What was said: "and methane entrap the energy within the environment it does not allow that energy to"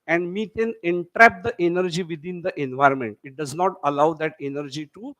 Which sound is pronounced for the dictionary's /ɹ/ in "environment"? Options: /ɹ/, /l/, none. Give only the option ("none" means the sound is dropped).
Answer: /ɹ/